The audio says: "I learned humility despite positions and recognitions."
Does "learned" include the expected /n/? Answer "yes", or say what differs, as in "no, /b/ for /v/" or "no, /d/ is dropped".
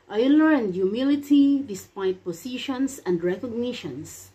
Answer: no, /n/ is dropped